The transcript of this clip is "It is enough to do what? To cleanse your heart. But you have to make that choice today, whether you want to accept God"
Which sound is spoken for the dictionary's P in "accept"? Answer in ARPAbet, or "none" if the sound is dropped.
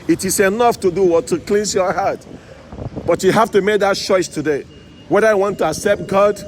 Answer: P